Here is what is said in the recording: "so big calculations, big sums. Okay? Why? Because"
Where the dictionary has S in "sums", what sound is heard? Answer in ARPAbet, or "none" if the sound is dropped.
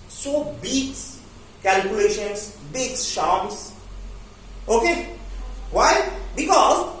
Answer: SH